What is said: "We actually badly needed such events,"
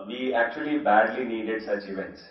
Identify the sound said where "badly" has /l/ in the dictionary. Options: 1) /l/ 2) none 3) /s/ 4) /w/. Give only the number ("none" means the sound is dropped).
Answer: 1